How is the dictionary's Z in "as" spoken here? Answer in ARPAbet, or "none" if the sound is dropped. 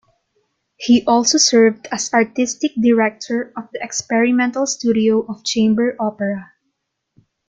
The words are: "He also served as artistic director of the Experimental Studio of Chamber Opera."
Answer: S